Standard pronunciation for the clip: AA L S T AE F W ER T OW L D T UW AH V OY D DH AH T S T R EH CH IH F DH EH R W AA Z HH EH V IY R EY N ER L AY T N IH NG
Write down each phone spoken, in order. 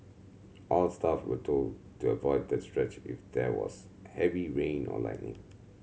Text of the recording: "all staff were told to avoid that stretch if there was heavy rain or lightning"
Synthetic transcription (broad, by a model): AA L S T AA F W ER T OW L D T UW AH V OY D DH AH T S T R EH CH IH F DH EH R W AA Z HH EH V IY R EY N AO L AY T N IH NG